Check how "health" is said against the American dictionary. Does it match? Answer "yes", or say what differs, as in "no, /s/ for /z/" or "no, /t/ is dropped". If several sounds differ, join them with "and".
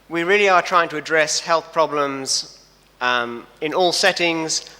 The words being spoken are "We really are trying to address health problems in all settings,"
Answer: yes